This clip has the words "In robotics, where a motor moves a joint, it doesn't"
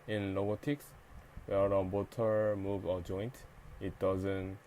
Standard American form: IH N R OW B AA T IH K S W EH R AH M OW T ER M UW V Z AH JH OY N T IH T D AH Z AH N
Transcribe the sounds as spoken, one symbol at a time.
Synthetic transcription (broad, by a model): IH N L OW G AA T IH K S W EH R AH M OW T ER M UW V AH JH OY N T IH T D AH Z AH N